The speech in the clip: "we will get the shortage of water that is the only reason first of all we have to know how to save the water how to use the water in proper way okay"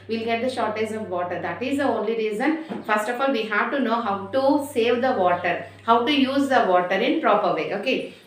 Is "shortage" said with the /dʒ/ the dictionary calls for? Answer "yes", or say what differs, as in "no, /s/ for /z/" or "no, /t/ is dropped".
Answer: no, /z/ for /dʒ/